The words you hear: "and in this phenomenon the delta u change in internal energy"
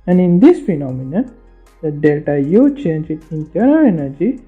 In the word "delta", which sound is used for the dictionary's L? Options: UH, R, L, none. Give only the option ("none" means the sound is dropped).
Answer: L